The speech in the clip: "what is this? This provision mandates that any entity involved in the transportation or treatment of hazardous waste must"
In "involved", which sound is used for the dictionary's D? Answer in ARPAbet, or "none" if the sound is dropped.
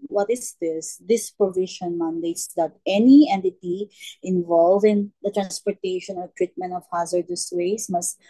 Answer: none